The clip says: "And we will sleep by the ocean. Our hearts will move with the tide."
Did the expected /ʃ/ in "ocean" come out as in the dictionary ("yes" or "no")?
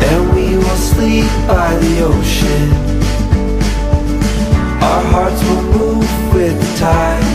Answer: yes